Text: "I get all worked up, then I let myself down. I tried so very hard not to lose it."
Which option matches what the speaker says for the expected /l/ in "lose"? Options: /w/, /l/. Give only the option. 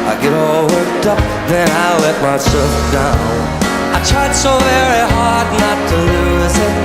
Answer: /l/